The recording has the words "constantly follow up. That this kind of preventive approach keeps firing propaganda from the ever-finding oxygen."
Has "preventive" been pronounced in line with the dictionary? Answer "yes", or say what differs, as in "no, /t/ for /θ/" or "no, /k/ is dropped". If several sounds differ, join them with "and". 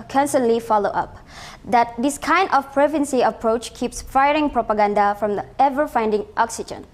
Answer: no, /s/ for /t/ and /v/ is dropped